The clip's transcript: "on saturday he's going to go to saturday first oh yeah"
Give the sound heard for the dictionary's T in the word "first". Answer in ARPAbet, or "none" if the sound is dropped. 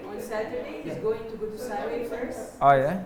none